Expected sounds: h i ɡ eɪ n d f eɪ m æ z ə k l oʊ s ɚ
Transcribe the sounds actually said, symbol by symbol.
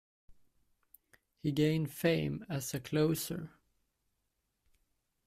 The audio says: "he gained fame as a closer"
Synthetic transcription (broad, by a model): h i ɡ eɪ n d f eɪ m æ s ə k l oʊ s ɚ